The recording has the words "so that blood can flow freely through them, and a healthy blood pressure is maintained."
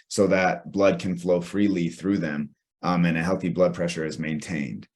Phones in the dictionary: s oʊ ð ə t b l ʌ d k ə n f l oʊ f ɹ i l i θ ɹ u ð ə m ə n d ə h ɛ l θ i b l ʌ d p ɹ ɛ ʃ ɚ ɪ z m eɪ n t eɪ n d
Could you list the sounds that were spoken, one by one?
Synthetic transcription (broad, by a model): s oʊ ð ə t b l ʌ d k ə n f l oʊ f ɹ i l i θ ɹ u ð ə m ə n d ə h ɛ l θ i b l ʌ d p ɹ ɛ ʃ ɚ ɪ z m eɪ n t eɪ n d